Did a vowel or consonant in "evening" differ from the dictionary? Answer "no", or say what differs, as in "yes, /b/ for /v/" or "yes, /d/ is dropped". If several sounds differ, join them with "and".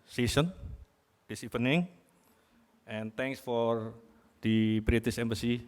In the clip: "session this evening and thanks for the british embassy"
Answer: yes, /p/ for /v/